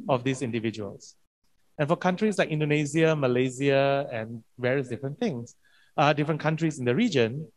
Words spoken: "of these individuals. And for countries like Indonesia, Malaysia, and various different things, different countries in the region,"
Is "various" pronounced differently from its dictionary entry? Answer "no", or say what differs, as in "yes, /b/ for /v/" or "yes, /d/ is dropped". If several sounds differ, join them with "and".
no